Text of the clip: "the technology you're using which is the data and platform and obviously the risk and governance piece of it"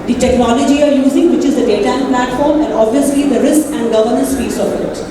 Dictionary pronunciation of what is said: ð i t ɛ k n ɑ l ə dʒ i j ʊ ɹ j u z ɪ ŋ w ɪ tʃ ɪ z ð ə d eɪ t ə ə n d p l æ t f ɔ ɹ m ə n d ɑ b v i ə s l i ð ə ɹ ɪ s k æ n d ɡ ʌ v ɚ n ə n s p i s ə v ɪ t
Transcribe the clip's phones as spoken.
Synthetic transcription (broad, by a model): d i t ɛ k n ɑ l ə dʒ i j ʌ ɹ j u z ɪ ŋ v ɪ tʃ ɪ z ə d eɪ t ə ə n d p l æ t f ɔ ɹ m ə n d ɑ b v i ə s l i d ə ɹ ɪ s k æ n d ɡ ʌ v ɚ n ə n s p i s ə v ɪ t